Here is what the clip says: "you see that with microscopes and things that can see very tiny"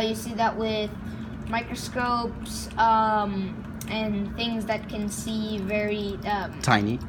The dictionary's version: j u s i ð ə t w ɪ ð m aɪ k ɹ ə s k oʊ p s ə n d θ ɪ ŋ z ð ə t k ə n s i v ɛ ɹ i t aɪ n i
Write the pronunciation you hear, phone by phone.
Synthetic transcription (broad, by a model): j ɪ s i ð ə t w ɪ ð m aɪ k ɹ ə s k oʊ p s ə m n θ ɪ ŋ z ð ə t k ə n s i v ɛ ɹ i t aɪ n i